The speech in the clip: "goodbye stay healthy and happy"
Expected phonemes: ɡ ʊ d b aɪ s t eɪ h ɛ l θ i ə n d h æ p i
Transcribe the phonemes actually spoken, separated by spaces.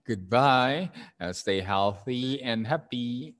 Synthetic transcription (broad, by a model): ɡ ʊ d b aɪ s t eɪ h ɛ l θ i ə n h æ p i